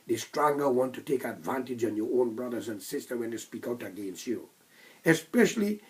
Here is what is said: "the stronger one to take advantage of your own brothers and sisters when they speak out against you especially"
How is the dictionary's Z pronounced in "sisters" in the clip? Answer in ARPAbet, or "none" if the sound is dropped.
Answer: none